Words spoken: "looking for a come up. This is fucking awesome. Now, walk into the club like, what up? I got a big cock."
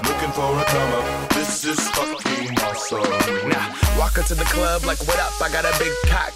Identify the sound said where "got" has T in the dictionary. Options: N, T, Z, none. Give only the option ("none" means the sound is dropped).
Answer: T